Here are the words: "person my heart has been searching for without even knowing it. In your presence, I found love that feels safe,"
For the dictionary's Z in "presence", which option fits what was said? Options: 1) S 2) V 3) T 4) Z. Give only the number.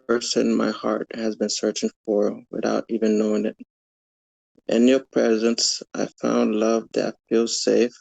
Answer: 4